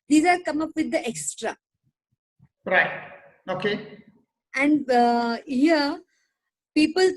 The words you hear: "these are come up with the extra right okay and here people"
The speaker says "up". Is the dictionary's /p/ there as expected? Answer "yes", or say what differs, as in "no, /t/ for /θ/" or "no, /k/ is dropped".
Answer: yes